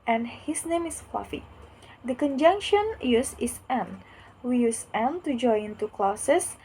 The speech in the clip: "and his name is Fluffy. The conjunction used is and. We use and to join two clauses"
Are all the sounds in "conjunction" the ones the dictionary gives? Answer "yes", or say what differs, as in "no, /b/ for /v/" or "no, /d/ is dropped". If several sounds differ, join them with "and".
yes